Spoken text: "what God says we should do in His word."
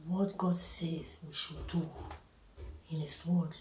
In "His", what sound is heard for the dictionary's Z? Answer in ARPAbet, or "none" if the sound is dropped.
S